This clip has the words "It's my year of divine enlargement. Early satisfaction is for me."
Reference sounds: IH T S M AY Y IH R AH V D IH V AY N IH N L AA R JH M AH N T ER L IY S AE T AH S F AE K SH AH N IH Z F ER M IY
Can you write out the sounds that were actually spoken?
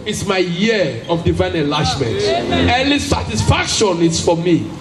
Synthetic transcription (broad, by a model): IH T S M AY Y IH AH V D IH V AY N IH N L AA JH M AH N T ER N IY S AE T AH S F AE K SH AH N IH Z F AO M IY